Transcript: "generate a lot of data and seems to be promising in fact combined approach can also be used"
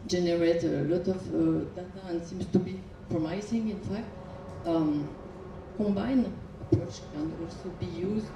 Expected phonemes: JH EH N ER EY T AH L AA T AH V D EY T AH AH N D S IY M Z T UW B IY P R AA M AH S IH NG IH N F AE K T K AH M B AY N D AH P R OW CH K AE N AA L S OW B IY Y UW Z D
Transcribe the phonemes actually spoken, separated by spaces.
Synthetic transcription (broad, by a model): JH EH N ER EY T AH L AA T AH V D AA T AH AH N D S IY M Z T UW B IY P R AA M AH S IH NG IH N F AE K T K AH M B AY N AH P R OW CH K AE N AA L S OW B IY Y UW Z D